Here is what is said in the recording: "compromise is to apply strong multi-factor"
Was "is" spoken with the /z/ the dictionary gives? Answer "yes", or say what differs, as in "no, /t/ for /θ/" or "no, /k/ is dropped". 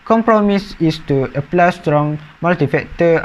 no, /s/ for /z/